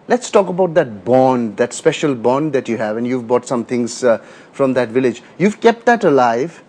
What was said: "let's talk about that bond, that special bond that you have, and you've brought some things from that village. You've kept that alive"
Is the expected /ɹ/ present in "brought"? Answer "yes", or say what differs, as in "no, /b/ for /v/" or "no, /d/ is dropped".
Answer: no, /ɹ/ is dropped